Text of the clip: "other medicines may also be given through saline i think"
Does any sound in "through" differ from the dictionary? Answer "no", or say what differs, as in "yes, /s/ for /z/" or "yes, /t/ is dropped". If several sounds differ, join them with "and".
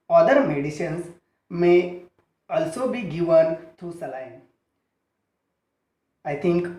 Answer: yes, /t/ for /θ/